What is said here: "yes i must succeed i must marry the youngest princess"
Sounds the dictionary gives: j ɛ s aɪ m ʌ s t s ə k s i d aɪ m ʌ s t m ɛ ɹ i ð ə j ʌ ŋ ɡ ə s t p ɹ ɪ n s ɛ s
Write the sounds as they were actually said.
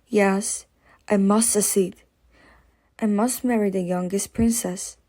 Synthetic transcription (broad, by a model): j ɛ s aɪ m ʌ s t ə s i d aɪ m ʌ s t m ɛ ɹ i ð ə j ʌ ŋ ɡ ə s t p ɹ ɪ n s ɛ s